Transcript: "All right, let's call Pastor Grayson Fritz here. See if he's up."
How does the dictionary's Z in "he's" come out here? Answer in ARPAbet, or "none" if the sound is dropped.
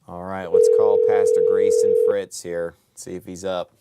Z